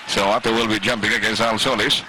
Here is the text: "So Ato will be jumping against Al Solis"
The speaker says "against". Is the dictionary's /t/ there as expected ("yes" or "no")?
no